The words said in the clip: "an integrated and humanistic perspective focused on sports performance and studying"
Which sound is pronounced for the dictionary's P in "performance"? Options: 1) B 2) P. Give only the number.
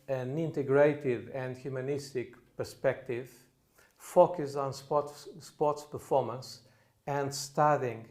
2